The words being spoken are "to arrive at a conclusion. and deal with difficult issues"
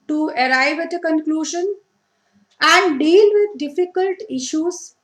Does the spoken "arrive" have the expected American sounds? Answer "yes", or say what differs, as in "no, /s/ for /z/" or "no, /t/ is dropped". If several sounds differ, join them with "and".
yes